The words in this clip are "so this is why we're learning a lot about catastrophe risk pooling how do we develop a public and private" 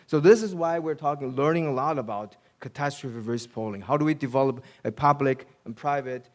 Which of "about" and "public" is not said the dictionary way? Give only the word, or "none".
none